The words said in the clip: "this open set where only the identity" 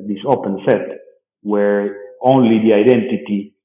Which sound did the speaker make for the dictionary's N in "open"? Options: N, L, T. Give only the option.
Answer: N